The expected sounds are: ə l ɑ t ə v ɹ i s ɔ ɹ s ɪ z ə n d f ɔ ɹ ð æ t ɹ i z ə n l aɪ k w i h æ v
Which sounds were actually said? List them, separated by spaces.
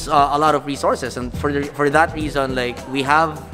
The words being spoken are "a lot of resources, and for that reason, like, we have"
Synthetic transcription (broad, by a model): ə l ɑ t ə v ɹ i s ɔ ɹ s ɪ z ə n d f ɔ ɹ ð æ t ɹ i z ə n l aɪ k w i h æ v